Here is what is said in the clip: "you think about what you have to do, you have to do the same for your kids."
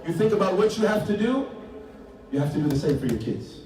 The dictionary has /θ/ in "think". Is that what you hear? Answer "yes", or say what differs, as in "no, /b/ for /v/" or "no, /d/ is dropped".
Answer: yes